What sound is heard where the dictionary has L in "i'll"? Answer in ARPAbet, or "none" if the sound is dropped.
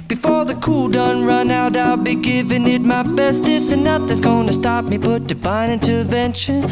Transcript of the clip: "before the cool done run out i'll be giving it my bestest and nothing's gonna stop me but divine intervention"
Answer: L